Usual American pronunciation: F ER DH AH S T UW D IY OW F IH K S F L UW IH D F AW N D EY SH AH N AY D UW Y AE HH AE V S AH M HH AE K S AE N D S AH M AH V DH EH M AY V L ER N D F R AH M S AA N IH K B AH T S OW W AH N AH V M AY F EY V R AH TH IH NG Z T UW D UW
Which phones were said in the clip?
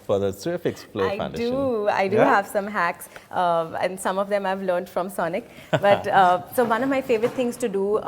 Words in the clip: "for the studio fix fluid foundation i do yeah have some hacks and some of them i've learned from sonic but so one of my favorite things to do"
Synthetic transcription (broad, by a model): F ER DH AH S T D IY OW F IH K S P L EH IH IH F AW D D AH AY D UW HH AE V S AH M HH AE K S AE N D S AH M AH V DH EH M AY V L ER N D F R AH M S AA N IH K B AH T S OW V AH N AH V M AY F EY V R AH T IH NG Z T UW D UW